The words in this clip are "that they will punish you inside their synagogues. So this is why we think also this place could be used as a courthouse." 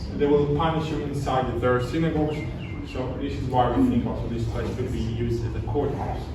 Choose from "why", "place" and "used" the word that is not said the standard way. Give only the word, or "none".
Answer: none